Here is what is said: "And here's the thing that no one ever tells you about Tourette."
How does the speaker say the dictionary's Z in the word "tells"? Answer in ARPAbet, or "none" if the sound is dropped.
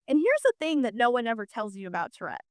Z